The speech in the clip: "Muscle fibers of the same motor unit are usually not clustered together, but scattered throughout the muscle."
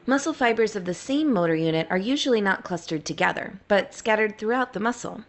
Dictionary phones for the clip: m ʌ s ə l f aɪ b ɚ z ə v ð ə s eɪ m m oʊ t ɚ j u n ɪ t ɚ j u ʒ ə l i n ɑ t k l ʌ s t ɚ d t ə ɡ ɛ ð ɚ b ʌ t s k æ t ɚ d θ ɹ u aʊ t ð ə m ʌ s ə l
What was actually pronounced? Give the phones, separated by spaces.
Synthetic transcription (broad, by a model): m ʌ s l f aɪ b ɚ z ə v ð ə s eɪ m m oʊ t ɚ j u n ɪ t ɚ j u ʒ l i n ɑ t k l ʌ s t ɚ d t ə ɡ ɛ ð ɚ b ʌ t s k æ t ɚ d θ ɹ u aʊ t ð ə m ʌ s l